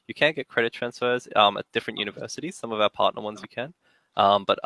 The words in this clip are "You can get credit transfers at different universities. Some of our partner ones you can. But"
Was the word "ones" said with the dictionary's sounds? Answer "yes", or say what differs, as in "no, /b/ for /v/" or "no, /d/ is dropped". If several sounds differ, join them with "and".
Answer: yes